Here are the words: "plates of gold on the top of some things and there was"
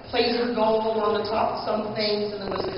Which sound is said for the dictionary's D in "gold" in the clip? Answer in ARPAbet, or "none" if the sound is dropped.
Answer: none